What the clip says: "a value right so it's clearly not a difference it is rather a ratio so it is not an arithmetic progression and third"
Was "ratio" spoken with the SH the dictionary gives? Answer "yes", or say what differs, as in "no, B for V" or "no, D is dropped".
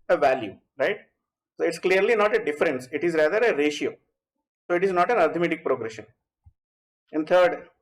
yes